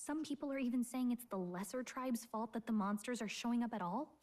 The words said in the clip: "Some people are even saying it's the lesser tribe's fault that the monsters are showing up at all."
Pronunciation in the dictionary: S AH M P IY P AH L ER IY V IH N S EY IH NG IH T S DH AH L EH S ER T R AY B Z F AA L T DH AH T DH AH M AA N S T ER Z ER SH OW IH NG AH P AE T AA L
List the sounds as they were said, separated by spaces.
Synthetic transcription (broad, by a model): S AH M P IY P L ER IY V IH N S EY IH NG IH T S DH AH L EH S ER T R AY B Z F AA L T DH AH T DH AH M AA N S T ER Z ER SH OW IH NG AH P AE T AA L